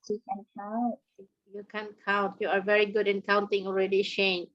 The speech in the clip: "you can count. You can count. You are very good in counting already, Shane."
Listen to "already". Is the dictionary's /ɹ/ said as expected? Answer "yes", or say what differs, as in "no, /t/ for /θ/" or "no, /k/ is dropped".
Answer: yes